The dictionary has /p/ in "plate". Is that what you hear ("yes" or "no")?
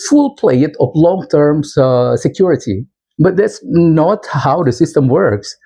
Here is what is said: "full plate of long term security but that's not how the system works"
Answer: yes